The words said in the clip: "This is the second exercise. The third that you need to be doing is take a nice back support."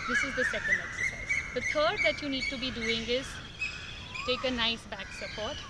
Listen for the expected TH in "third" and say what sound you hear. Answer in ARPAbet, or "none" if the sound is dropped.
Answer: T